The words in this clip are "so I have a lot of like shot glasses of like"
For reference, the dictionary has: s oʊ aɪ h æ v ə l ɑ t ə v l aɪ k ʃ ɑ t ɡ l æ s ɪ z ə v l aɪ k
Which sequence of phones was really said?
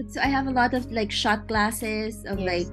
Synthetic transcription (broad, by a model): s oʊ aɪ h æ v ə l ɑ t ə v l aɪ k ʃ ɑ t ɡ l æ s ɪ z ə v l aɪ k